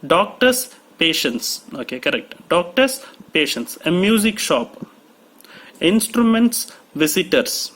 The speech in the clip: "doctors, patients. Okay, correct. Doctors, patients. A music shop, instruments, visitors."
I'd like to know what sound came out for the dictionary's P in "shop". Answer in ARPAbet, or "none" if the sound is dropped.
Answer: P